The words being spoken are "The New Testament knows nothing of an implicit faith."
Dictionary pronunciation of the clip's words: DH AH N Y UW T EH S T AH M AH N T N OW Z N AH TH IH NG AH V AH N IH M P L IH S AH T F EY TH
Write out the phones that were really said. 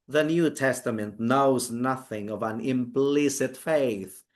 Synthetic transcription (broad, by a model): DH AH N Y UW T EH S T AH M AH N T N OW Z N AH TH IH NG AH V AH N IH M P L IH S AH T F EY TH